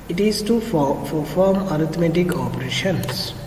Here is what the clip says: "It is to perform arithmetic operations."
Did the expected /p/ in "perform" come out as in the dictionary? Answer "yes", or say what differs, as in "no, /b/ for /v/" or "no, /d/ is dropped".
no, /f/ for /p/